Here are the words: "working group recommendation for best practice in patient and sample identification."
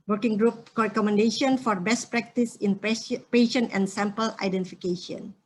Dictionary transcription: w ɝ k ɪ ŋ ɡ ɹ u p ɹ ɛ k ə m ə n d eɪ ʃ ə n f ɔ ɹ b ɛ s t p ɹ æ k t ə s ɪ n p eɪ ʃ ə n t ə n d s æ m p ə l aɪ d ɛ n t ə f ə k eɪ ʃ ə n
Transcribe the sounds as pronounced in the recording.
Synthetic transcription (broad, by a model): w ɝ k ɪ ŋ ɡ ɹ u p ɹ ɛ k ə m ə n d eɪ ʃ ə n f ɔ ɹ b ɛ s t p ɹ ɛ k t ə s ɪ n p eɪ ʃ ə n ə n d s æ m p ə l aɪ d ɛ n t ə f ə k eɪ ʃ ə n